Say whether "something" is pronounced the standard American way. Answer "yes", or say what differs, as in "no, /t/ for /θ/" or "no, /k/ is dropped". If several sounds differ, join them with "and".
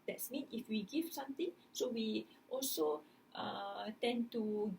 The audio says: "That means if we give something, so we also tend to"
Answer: no, /t/ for /θ/